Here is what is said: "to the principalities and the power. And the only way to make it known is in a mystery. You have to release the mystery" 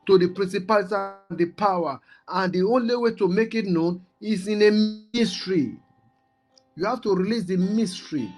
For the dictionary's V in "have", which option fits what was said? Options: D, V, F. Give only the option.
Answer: F